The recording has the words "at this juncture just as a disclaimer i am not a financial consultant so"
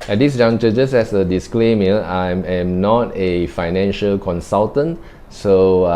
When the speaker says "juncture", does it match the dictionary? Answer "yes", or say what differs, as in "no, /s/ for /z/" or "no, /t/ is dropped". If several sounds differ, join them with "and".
no, /k/ is dropped